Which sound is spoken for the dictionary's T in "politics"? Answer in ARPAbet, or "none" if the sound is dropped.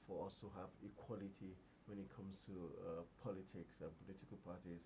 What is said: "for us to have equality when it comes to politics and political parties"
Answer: T